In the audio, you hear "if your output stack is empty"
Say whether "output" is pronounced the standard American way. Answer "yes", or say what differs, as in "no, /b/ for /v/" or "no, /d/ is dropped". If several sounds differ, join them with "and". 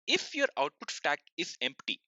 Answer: yes